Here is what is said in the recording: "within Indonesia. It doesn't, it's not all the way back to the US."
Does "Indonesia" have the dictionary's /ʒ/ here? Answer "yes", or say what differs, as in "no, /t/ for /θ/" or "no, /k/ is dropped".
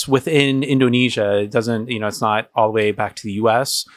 yes